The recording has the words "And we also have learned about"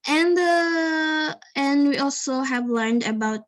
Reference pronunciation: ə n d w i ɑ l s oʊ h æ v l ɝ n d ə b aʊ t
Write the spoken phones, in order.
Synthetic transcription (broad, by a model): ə n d w i ɑ l s oʊ h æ v l ɝ n d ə b aʊ t